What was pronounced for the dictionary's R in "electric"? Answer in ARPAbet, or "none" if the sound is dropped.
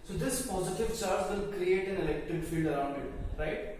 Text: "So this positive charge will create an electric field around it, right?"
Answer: none